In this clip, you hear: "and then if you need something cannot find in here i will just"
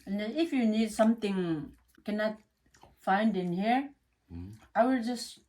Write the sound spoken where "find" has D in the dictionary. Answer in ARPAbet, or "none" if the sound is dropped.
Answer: D